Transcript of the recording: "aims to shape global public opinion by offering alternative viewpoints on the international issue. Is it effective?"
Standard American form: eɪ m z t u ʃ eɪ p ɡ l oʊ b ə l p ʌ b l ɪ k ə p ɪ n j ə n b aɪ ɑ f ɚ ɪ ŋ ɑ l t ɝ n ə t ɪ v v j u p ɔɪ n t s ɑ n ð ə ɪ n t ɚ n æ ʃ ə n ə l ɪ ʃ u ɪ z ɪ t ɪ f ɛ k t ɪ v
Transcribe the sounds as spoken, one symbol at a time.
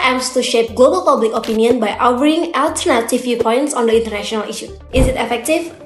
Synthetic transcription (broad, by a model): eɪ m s t u ʃ eɪ p ɡ l oʊ b ə l p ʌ b l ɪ k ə p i n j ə n b aɪ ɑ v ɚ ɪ ŋ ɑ l t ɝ n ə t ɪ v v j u p ɔɪ n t s ɑ n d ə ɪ n t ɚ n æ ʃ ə n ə l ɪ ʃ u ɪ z ɪ t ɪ f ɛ k t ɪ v